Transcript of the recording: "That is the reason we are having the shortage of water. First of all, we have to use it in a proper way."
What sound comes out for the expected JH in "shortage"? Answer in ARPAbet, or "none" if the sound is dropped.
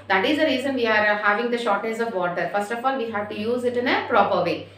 Z